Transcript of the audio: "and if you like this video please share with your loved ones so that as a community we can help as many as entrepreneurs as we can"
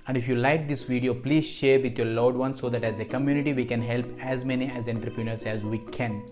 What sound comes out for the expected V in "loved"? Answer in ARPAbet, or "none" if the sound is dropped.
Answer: none